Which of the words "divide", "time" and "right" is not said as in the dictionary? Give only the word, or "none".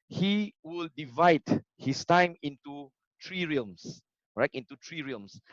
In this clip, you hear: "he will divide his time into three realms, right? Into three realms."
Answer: none